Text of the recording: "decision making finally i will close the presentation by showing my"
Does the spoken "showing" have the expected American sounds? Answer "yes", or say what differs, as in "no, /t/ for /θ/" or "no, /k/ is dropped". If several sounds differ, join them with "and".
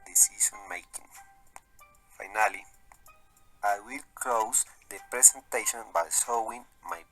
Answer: no, /s/ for /ʃ/